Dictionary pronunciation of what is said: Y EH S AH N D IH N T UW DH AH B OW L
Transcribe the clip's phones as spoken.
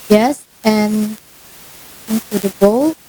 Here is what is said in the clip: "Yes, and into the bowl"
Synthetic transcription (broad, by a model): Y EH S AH N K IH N S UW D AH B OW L